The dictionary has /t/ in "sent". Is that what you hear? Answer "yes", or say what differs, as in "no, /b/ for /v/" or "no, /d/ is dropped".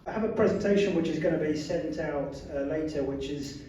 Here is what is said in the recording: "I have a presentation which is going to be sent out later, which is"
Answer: yes